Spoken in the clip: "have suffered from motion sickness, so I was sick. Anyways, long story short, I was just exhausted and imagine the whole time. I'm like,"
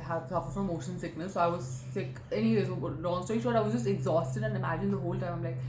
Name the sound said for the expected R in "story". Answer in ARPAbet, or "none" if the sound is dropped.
none